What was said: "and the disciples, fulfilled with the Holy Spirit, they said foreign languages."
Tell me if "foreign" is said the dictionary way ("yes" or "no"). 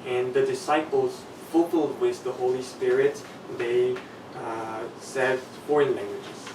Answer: yes